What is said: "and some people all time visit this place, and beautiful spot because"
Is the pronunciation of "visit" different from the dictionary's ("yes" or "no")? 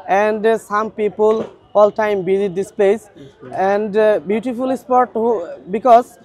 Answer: yes